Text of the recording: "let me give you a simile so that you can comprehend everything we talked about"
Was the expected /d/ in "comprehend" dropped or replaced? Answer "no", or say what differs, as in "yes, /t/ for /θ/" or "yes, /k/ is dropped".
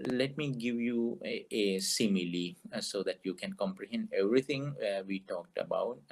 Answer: no